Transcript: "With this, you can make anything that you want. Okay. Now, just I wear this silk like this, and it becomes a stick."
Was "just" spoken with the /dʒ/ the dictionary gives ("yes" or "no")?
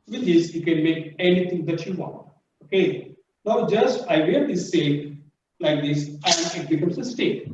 yes